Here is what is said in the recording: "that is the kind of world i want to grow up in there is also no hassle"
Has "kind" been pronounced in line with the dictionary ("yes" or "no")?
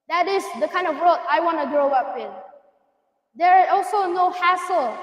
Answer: yes